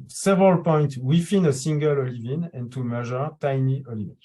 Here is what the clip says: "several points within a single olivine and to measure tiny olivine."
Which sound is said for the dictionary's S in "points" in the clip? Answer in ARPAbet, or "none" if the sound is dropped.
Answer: none